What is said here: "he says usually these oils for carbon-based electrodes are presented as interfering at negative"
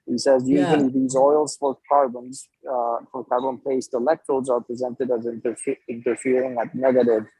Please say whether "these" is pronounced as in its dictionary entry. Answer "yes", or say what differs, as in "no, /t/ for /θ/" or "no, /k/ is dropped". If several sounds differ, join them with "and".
yes